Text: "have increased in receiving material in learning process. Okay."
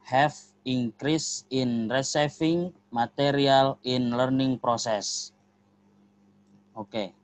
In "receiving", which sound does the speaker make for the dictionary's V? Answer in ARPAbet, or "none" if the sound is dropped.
F